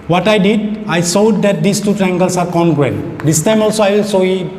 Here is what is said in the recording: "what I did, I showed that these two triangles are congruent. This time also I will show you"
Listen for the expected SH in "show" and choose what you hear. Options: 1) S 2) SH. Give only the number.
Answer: 1